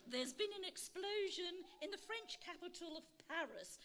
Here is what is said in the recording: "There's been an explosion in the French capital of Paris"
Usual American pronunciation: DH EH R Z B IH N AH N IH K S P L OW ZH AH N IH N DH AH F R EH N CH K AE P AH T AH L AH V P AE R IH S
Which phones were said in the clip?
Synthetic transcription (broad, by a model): DH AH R Z B IH N AH N IH K S P L OW ZH AH N IH N DH AH F R EH N CH K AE P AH T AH L AH V P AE R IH S